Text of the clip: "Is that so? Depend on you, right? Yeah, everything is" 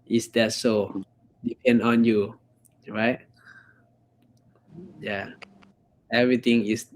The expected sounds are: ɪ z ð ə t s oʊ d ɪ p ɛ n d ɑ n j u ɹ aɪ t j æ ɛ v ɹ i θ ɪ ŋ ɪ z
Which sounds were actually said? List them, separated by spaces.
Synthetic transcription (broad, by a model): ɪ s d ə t s oʊ d ɪ p ɛ n d ɑ n j u ɹ aɪ t j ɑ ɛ v ɹ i t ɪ ŋ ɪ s